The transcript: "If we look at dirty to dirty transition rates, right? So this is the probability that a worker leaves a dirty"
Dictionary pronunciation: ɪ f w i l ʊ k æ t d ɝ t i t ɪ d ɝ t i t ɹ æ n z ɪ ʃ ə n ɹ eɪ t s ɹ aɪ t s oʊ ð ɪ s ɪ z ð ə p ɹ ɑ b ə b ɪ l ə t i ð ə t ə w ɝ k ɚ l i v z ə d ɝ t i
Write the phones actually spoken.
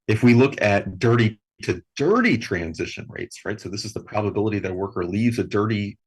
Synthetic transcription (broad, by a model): ɪ f w i l ʊ k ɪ t d ɝ t i t ɪ d ɝ t i t ɹ æ n z ɪ ʃ ə n ɹ eɪ t s ɹ aɪ t s oʊ ð ɪ s ɪ z ð ə p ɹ ɑ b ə b ɪ l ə t i ð ə t w ɝ k ɚ l i v z ə d ɝ t i